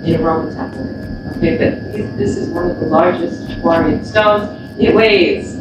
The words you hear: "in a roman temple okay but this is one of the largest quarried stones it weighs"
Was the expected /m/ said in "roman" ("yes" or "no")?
no